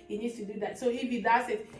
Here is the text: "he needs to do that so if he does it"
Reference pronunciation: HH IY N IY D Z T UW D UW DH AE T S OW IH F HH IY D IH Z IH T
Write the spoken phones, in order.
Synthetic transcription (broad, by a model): HH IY N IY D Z T UW D UW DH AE T S OW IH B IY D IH S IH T